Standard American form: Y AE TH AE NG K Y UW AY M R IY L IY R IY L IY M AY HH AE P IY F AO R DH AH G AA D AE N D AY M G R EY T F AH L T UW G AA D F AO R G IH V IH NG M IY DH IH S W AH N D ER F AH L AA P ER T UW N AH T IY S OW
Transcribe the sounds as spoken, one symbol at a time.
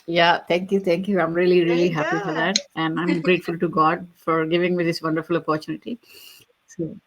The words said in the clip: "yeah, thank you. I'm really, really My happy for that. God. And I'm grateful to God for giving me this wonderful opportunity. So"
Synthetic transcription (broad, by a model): Y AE T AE NG K Y UW AY M R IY L IY R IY IY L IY HH AE P IY F AO R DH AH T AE N D AY M G R EY T F AH L T UW G AA D F AO R G IH V IH NG M IY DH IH S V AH N D ER F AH L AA P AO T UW N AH T IY S OW